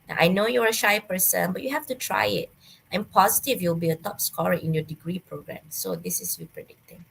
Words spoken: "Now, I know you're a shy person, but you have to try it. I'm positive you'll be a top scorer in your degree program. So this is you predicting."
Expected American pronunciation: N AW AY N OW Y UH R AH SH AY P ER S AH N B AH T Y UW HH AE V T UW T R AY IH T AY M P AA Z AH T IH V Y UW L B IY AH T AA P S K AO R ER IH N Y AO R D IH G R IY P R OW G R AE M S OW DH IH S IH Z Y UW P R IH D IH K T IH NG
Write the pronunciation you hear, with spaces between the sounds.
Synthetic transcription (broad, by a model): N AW AY N OW Y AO R AH SH AY P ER S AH N B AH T Y UW HH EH F T UW T R AY IH T AY M P AA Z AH T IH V Y UW L B IY AH T AA P S K AO R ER IH N Y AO D IH G R IY P R OW G R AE M S OW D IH S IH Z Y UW P R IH D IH K T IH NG